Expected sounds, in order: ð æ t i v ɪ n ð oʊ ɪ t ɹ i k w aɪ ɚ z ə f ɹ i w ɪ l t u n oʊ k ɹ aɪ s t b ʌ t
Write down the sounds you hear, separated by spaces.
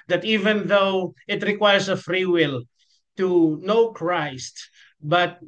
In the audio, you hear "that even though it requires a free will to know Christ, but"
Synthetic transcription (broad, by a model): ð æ t i v ɪ n ð oʊ ɪ t ɹ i k w aɪ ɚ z ə f ɹ i w ɪ l t u n oʊ k ɹ aɪ s t b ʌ t